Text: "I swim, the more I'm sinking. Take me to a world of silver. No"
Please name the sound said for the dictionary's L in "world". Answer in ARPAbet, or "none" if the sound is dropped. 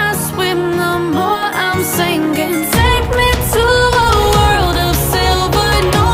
L